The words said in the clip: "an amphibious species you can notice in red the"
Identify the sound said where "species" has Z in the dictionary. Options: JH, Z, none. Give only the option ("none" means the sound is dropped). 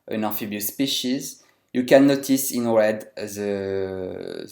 Z